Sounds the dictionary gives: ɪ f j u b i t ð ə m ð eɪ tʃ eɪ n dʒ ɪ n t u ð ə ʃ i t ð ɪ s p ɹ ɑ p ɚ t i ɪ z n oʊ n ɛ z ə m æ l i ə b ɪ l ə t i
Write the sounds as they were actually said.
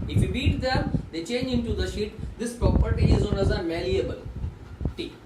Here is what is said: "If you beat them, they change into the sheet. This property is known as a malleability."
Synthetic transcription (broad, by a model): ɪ f j u b i t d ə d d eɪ tʃ eɪ n dʒ ɪ n t u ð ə ʃ i t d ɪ s p ɹ ɑ p ɚ t i ɪ z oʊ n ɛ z ə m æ l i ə b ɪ l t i